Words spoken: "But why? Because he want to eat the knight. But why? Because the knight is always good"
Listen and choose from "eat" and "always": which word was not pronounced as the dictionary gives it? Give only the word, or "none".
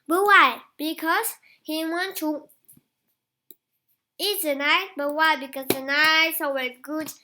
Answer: always